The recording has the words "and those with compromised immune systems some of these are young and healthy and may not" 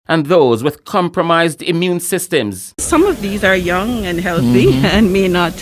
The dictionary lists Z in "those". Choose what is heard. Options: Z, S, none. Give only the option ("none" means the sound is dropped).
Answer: Z